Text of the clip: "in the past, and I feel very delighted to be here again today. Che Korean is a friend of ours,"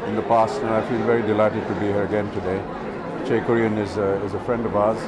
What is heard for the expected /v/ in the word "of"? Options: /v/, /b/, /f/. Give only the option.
/v/